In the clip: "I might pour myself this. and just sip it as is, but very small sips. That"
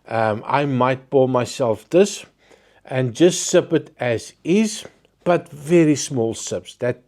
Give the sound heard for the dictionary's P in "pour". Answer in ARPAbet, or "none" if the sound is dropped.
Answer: B